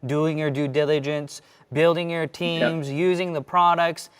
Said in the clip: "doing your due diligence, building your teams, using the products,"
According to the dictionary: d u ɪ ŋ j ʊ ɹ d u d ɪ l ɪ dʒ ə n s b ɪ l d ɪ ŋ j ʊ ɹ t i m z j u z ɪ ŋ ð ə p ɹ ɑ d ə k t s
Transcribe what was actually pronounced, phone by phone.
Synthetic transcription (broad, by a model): d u ɪ ŋ j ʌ ɹ d u d ɪ l ɪ dʒ ə n s b ɪ l d ɪ ŋ j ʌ ɹ t i m z j u z ɪ ŋ ð ə p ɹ ɑ d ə k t s